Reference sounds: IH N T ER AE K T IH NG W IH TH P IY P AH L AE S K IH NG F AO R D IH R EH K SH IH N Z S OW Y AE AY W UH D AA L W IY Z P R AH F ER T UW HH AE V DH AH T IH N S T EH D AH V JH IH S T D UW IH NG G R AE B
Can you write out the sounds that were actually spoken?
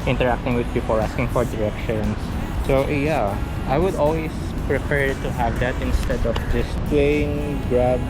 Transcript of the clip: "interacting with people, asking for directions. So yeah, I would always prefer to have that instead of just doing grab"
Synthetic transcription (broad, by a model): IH N T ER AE K T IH NG W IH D P IY P AH L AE S K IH NG F AO R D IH R EH K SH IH N S OW Y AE AY W UH D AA L W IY S P R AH P ER T UW HH AE V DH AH T IH N S T EH D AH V JH IH S T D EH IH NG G R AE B